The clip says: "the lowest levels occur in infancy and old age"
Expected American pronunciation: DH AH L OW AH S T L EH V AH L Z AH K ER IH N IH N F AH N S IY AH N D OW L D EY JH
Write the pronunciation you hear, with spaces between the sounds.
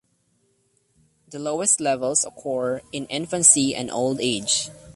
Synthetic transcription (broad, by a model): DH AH L OW AH S T L EH V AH L S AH K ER IH N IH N F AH N S IY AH N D OW L D EY JH